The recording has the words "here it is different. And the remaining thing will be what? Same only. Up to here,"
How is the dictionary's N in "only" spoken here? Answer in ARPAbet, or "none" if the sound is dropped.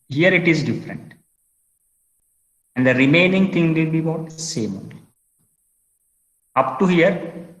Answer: none